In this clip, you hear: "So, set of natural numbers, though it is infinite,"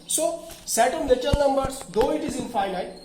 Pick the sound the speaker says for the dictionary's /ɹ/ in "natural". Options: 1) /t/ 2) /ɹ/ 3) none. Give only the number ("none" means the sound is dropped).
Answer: 3